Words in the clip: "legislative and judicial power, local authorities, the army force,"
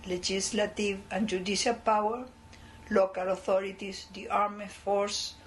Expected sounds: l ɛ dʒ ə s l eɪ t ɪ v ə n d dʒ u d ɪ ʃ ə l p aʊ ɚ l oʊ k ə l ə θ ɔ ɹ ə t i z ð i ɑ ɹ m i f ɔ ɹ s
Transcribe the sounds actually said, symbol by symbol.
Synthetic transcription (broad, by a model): l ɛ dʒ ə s l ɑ t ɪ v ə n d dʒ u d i s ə l p aʊ ɚ l oʊ k ə l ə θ ɔ ɹ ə t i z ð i ɑ ɹ m i f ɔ ɹ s